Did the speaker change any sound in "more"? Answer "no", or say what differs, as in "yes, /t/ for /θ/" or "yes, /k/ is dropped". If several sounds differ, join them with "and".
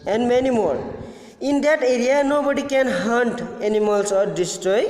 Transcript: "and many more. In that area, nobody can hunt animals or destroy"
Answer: yes, /l/ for /ɹ/